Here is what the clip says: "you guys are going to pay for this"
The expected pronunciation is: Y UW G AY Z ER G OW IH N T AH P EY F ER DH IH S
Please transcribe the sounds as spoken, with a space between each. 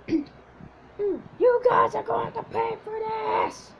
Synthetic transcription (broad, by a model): Y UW G AY Z ER G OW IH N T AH P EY F ER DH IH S